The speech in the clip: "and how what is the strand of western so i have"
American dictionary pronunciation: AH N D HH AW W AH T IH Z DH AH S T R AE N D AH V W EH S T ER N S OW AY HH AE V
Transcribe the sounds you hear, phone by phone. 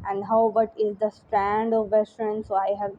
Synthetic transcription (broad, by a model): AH N D HH AW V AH T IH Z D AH S T R AE N D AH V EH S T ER N S OW AY HH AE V